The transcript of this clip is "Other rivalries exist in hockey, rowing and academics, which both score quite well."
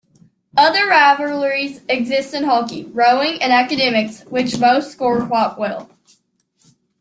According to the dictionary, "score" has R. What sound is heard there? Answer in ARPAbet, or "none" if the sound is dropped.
R